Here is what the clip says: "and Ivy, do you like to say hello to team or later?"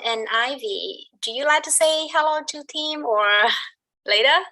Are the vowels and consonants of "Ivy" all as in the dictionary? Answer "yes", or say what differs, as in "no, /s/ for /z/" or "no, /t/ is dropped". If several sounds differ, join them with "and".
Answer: yes